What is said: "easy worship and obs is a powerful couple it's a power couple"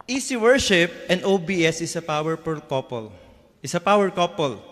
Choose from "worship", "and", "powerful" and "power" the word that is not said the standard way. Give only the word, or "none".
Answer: powerful